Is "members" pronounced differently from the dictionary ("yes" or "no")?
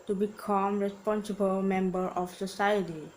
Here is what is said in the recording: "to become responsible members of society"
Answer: yes